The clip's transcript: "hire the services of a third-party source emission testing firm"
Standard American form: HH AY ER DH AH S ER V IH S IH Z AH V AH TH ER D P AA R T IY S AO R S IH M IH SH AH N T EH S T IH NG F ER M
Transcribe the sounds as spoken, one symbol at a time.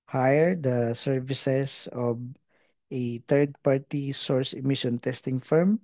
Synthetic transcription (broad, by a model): HH AY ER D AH S ER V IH S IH S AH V AH T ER D P AA R T IY S AO R S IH M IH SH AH N T EH S T IH NG F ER M